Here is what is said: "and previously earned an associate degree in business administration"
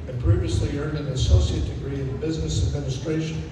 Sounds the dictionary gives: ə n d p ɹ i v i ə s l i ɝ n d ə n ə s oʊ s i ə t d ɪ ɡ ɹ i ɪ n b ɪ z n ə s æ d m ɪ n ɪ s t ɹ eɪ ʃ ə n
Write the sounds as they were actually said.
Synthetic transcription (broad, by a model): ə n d p ɹ i v i ə s l i ɝ n d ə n ə s oʊ s i ə t d ɪ ɡ ɹ i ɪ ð b ɪ z n ə s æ d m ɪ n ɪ s t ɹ eɪ ʃ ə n